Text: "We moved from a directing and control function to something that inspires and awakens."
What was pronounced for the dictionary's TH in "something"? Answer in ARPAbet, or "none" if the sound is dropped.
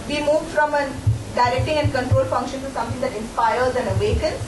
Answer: T